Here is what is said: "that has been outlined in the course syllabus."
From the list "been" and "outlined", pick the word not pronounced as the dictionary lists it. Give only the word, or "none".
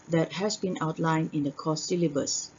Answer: outlined